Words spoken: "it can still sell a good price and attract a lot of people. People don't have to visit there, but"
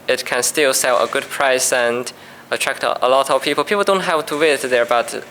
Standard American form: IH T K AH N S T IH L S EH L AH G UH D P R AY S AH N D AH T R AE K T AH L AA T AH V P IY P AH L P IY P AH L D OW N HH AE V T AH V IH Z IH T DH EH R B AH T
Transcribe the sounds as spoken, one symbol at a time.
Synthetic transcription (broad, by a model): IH T K AH N S T IH L S EH L AH G UH D P R AY S AH N D AH T R AE K T AH L AA T AH V P IY P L P IY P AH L D OW N HH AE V T AH W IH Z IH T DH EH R B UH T